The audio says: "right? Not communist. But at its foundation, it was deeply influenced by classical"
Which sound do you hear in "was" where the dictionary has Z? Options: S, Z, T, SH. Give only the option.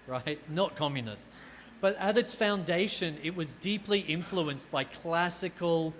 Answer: Z